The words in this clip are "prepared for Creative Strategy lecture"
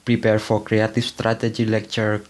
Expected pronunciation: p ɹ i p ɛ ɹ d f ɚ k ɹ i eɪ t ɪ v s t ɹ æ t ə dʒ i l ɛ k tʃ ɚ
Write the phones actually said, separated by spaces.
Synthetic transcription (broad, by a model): p ɹ i p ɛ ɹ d f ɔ k ɹ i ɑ t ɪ f s t ɹ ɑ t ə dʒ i l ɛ k tʃ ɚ